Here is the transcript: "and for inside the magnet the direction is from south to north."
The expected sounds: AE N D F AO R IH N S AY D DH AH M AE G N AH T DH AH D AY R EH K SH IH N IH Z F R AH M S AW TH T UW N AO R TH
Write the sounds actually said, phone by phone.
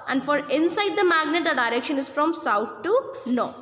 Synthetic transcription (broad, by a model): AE N D F AO R IH N S AY D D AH M AE G N AH T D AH D AY R EH K SH IH N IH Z F R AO M S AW T T UW N AO R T